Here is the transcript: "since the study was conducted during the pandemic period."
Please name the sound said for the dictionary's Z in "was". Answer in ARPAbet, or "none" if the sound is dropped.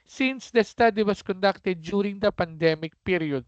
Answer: S